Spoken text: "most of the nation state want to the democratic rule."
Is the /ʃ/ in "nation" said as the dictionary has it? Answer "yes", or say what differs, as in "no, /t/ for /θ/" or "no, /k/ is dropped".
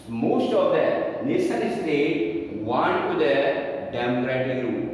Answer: no, /s/ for /ʃ/